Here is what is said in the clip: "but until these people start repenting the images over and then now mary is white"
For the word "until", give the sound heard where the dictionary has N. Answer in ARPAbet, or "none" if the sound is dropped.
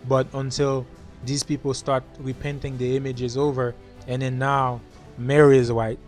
N